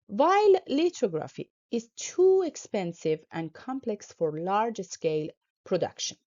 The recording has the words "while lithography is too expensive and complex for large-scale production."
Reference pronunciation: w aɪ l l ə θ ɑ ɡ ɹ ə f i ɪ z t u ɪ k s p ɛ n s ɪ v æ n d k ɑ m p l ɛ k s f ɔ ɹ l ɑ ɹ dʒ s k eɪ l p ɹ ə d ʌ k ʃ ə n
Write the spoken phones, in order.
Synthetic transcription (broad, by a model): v aɪ l l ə t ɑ ɡ ɹ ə f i ɪ z t u ɪ k s p ɛ n s ɪ v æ n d k ɑ m p l ɛ k s f ɔ ɹ l ɑ ɹ dʒ s k eɪ l p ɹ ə d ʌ k ʃ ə n